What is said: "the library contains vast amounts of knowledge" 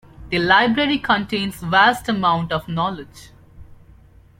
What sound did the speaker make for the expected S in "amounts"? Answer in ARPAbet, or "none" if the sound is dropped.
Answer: none